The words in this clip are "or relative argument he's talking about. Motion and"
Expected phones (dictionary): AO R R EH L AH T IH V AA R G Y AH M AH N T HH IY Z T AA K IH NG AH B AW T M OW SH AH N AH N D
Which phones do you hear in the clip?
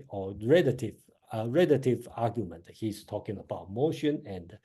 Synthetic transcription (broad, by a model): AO R R EH L AH T IH V AA G Y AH M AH N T HH IY S T AA K IH NG AH B AW T M OW SH AH N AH N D